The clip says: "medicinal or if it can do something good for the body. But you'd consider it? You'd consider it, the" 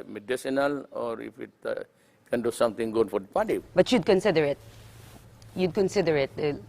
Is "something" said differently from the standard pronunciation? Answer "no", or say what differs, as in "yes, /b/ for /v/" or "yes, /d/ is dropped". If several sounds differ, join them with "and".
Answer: yes, /t/ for /θ/